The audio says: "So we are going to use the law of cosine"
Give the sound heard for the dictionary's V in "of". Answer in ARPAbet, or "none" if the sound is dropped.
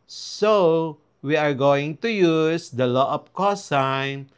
P